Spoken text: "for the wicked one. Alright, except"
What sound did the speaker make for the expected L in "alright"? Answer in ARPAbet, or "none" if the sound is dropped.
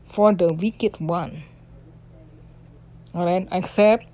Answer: none